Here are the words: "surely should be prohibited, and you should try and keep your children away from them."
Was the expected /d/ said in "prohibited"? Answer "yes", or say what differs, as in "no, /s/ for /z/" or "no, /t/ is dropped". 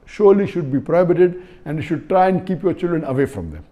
yes